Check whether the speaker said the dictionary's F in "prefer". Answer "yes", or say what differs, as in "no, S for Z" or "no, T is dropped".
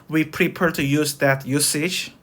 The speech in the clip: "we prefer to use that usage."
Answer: no, P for F